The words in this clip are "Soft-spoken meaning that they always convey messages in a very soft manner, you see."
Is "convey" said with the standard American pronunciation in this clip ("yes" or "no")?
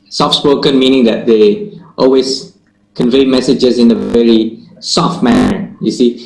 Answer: yes